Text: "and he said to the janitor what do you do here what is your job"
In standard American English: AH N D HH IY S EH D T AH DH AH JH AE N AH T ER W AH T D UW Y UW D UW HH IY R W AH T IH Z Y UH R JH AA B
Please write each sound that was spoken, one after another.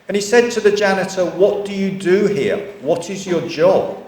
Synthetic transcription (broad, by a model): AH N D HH IY S EH D T AH DH AH JH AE N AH T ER W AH T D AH Y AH D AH HH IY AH W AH T IH Z Y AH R JH AA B